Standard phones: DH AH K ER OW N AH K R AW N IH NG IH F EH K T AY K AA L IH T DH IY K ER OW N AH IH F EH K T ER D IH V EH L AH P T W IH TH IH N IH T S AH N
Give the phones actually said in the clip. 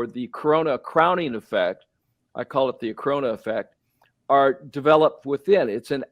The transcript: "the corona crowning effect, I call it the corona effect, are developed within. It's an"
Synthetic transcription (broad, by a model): DH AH K ER OW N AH K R AW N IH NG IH F EH K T AY K AA L IH T DH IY K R OW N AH IH F EH K T ER D IH V EH L AH P T W IH TH IH N IH T S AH N